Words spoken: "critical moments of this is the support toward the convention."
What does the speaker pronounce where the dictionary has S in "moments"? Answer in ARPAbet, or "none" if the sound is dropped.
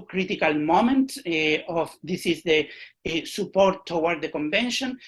none